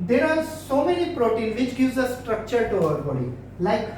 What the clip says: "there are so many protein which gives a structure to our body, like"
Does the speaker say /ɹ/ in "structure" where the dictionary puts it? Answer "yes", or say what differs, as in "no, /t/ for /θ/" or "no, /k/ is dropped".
yes